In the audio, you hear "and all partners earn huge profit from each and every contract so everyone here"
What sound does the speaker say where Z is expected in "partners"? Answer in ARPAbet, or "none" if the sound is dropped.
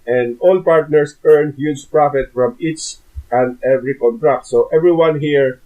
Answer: S